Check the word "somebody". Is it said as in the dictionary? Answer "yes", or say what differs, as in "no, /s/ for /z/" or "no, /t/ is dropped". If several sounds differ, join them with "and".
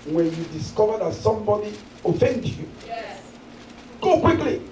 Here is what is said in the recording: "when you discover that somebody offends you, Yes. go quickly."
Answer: no, /b/ is dropped